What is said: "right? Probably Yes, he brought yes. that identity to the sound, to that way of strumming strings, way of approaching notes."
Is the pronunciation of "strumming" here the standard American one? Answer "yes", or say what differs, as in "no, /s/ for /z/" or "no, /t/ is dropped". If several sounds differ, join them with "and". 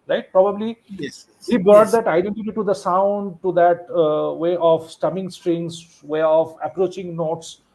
no, /ɹ/ is dropped